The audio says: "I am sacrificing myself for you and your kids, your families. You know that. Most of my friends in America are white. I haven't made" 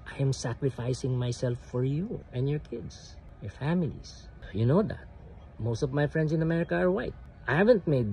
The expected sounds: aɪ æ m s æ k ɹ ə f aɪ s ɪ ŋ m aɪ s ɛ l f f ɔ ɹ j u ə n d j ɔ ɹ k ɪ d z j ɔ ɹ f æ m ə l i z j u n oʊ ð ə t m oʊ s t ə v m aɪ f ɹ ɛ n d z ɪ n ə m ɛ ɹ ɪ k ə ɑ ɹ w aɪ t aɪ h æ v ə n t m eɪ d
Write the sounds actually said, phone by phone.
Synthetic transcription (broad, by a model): aɪ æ m s æ k ɹ ə f aɪ s ɪ ŋ m aɪ s ɛ l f f ɔ ɹ j u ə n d j ɔ ɹ k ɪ d s j ɔ ɹ f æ m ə l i s j u n oʊ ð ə t m oʊ s t ə v m aɪ f ɹ ɛ n d s ɪ n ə m ɛ ɹ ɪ k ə ɑ ɹ w aɪ t aɪ h æ v ə n t m eɪ d